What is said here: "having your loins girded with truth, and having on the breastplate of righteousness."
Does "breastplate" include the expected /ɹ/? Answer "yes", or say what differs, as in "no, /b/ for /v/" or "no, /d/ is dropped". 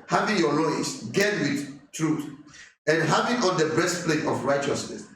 no, /ɹ/ is dropped